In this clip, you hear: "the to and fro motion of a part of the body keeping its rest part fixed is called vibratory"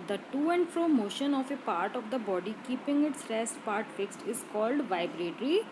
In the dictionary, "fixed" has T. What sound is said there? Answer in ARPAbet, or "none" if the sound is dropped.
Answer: T